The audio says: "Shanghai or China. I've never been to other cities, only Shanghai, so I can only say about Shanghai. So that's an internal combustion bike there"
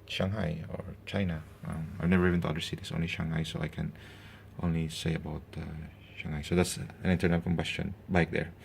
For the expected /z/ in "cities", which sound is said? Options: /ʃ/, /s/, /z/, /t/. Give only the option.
/s/